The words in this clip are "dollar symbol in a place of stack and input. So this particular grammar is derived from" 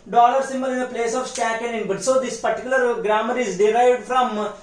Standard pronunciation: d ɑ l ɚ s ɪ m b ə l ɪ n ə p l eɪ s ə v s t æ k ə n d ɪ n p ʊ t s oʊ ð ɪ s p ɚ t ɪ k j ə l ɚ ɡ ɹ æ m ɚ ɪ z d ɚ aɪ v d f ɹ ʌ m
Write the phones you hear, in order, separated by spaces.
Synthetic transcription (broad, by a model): d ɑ l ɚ s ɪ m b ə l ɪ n ə p l eɪ s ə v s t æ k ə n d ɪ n b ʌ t s oʊ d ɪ s p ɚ t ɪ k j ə l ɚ ɡ ɹ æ m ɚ ɪ z d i aɪ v d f ɹ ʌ m